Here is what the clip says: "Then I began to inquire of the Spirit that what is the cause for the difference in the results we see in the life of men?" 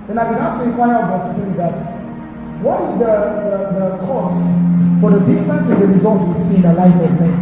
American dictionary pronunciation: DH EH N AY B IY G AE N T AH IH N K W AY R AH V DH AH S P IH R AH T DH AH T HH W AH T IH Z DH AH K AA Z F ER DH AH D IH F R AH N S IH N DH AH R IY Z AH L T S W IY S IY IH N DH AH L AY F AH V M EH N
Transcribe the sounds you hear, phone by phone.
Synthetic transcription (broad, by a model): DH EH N AY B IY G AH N T AH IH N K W AY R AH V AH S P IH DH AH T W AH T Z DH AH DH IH DH AH K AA S F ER DH AH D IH F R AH N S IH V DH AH R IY Z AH L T W IY S IY IH N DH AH L AY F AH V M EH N